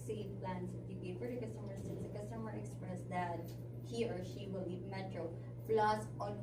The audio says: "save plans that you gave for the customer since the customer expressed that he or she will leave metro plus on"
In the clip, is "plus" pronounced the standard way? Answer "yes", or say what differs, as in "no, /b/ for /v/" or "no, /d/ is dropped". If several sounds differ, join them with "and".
no, /f/ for /p/